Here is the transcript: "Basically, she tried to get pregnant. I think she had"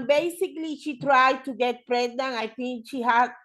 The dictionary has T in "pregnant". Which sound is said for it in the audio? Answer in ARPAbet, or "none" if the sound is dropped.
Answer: none